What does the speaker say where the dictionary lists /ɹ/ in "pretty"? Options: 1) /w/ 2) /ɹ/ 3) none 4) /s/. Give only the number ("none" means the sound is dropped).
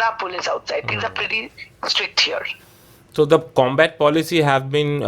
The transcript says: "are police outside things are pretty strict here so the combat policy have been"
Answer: 2